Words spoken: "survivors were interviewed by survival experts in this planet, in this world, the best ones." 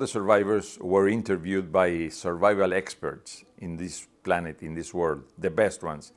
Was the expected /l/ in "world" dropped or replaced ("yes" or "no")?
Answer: no